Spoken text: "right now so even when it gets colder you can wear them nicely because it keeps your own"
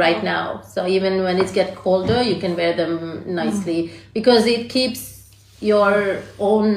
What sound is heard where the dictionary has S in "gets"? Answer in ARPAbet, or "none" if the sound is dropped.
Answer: none